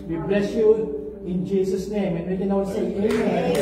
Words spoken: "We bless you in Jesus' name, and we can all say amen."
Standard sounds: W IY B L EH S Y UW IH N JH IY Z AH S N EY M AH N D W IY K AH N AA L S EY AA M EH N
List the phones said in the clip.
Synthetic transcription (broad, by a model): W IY B L EH S Y UW IH N JH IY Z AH S N EY M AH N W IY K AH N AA W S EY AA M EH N